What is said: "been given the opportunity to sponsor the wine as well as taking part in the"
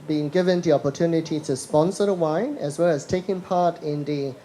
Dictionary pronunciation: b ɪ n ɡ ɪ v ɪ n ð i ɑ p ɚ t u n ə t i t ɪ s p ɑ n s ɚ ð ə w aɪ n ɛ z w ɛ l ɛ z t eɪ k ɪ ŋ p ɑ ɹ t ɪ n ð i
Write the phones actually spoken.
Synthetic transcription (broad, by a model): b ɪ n ɡ ɪ v ɪ n ð i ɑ p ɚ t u n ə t i t ɪ s p ɑ n s ɚ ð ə w aɪ n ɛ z w ɛ l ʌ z t eɪ k ɪ ŋ p ɑ ɹ t ɪ n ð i